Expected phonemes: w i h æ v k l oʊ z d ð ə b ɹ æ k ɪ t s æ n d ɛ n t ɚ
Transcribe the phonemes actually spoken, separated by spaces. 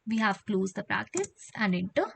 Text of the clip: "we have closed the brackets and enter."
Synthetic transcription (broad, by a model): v i h æ v k l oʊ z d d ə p ɹ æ k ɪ s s æ n d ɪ n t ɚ